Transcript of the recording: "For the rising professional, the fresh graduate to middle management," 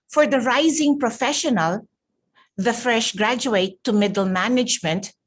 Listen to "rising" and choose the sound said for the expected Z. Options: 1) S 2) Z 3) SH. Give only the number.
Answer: 2